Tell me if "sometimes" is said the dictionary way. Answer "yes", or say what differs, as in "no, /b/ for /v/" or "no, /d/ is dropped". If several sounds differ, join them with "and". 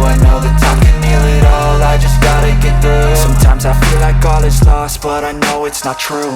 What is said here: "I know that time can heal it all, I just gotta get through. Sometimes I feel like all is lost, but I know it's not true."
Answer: yes